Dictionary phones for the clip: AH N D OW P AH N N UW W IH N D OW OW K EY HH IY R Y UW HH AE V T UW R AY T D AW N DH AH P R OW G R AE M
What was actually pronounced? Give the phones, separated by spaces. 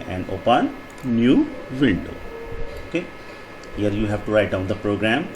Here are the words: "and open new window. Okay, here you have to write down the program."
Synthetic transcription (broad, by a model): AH N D OW P AH N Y UW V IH N D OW OW K EY HH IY R Y UW HH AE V T UW R AY T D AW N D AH P R OW G R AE M